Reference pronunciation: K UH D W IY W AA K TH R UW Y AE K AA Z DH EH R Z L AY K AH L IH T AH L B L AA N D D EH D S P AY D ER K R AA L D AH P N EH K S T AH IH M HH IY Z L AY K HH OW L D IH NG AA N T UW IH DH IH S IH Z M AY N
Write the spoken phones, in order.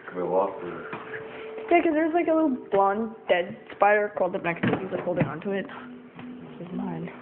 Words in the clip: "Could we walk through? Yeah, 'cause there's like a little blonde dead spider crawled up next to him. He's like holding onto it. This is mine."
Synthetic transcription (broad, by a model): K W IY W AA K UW Y AE K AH Z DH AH R Z L AY K AH L IH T L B L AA N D D EH D S P AY D ER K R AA L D AH P N EH K S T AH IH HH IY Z L AY K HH OW L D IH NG AA N T UW IH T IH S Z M AY N